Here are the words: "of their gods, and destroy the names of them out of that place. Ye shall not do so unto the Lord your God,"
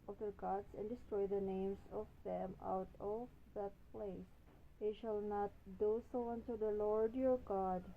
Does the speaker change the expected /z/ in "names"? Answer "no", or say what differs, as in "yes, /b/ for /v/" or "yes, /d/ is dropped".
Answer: yes, /s/ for /z/